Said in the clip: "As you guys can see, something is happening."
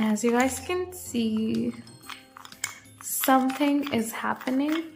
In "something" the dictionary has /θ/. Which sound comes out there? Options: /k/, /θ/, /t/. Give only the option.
/θ/